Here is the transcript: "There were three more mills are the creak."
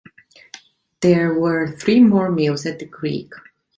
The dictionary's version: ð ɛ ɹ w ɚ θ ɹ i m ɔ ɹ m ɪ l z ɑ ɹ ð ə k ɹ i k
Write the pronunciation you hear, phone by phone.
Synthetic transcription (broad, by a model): ð ɛ ɹ w ɚ θ ɹ i m ɔ ɹ m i l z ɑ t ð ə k ɹ i k